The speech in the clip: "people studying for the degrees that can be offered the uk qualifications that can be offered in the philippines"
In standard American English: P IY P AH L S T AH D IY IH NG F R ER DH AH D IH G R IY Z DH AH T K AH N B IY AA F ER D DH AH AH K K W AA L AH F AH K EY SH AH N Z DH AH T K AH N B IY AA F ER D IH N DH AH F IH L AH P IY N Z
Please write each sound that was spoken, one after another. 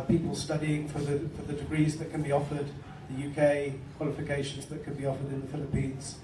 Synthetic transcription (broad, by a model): P IY P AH L S T AH D IY IH NG F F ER DH AH D IH G R IY Z DH AH T K AH N B IY AA F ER D DH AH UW K K W AA L AH F AH K EY SH AH N Z DH AH T K AH N B IY AA F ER D IH N DH AH F IH L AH P IY N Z